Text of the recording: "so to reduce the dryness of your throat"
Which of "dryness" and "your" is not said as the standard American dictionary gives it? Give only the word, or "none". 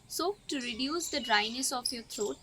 none